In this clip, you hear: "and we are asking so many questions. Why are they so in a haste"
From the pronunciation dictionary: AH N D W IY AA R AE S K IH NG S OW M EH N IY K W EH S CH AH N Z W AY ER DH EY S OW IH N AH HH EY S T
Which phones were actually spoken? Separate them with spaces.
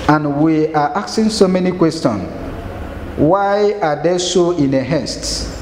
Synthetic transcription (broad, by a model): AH N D W IY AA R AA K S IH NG S OW M EH N IY K W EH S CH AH N W AY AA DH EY S OW IH N AH HH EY S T